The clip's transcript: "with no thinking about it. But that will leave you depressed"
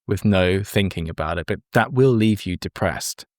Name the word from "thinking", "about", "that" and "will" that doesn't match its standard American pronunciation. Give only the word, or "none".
none